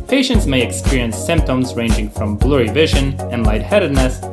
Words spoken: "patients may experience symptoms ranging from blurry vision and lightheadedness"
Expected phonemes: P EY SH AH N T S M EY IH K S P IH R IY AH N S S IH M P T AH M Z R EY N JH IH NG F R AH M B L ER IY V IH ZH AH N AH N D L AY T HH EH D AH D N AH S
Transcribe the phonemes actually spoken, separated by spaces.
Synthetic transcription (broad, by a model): P EY SH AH N T S M EY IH K S P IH R IY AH N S S IH M P T AH M Z R EY N JH IH NG F R AH M B L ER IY V IH ZH AH N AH N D L AY T HH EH D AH D N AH S